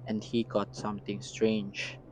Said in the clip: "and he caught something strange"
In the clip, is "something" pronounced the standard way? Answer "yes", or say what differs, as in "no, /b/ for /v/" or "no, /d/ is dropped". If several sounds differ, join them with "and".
no, /t/ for /θ/